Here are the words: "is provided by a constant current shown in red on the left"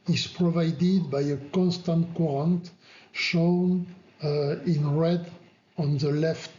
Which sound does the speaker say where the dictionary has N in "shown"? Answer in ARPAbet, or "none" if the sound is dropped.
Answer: N